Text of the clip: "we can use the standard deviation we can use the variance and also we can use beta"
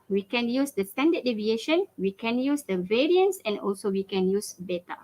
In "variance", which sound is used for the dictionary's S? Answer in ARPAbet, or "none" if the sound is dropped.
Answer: S